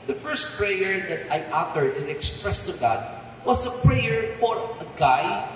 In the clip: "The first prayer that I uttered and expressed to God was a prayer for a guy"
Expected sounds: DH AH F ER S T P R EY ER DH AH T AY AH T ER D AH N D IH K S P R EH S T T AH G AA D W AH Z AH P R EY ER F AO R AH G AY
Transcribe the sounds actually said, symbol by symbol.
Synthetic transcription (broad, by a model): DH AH F ER S T P R EY ER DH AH T AY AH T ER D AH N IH K S P R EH S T T AH G AA D W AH S AH P R EY ER F AO R AH G AY